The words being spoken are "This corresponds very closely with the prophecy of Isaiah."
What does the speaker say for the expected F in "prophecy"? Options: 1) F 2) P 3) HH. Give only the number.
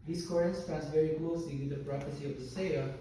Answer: 2